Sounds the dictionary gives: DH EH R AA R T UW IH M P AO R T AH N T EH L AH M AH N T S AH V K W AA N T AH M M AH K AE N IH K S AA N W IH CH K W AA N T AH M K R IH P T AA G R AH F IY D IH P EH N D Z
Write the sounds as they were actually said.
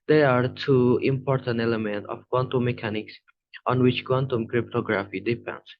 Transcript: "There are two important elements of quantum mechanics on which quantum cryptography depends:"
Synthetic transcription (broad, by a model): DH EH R AA R T UW IH M P AO R T AH N T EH L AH M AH N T AH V K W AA N T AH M M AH K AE N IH K S AA N W IH CH K W AA N T AH M K R IH P T AA G R AH F IY D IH P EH N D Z